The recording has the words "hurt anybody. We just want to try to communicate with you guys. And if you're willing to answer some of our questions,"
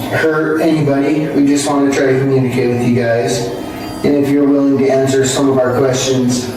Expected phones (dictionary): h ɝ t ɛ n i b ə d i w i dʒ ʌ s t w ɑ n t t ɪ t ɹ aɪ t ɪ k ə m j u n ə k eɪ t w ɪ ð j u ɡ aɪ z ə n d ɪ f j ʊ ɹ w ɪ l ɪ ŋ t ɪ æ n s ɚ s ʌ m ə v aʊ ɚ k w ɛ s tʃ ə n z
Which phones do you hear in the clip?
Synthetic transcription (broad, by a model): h ɝ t ɛ n i b ə d i w i dʒ ʌ s t w ɑ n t t ɪ t ɹ aɪ t ɪ k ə m j u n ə k eɪ t w ɪ ð j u ɡ aɪ z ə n ɪ f j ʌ ɹ w ɪ l ɪ ŋ t ɪ æ n s ɚ s ʌ m ə v aʊ ɚ k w ɛ s tʃ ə n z